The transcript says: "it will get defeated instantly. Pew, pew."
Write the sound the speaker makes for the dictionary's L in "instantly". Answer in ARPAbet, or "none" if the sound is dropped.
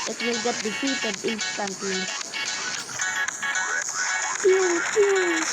none